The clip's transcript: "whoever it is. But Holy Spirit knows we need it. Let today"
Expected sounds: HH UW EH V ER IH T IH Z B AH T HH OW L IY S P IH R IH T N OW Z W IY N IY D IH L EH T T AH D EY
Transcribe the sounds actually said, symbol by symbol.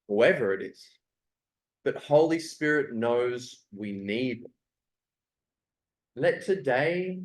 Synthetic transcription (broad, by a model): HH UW EH V ER IH T IH Z B AH T HH OW L IY S P IH R IH T N OW Z W IY N IY D L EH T T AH D EY